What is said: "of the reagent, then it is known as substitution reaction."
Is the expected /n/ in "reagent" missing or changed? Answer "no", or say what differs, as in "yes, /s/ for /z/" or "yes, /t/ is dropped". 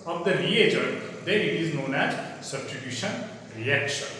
yes, /n/ is dropped